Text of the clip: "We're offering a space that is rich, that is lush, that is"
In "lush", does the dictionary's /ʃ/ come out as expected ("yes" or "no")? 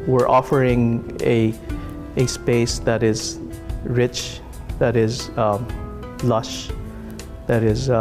yes